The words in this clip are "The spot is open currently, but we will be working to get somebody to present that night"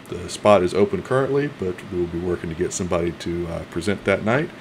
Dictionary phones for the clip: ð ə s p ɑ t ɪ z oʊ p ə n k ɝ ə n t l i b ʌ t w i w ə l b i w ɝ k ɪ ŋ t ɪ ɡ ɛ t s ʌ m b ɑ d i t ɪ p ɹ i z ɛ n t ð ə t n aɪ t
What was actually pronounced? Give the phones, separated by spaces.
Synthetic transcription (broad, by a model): ð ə s p ɑ t ɪ z oʊ p ə n k ɝ ə n t l i b ʌ t w i w ə l b i w ɝ k ɪ ŋ t ɪ ɡ ɛ t s ʌ m b ɑ d i t ɪ p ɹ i z ɛ n ð ə t n aɪ t